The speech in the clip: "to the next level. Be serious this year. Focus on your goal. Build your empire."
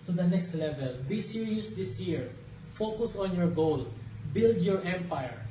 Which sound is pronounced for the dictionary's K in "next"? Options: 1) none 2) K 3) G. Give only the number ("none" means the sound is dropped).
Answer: 2